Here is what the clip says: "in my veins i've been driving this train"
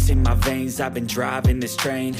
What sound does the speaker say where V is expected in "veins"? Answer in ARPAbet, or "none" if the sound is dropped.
V